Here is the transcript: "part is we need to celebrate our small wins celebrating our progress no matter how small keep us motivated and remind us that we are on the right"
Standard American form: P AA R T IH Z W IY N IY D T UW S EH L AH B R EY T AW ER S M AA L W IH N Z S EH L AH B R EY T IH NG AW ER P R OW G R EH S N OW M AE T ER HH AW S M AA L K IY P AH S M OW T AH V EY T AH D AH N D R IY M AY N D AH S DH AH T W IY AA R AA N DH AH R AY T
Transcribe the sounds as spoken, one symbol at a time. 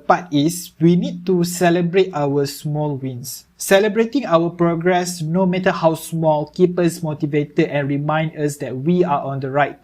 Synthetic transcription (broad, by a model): P AA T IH S W IY N IY D T UW S EH L AH B R EY T AW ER S M AA L W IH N S EH L AH B R EY T IH NG AW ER P R OW G R EH S N OW M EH T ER HH AW S M AA L K IY P AH S M OW T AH V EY T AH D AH N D R IY M AY N D AH S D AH T W IY AA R AA N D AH R AY T